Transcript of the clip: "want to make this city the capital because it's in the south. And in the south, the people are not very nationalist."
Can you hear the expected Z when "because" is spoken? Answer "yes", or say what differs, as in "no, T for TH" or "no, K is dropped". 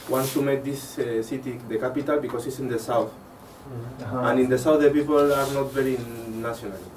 no, S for Z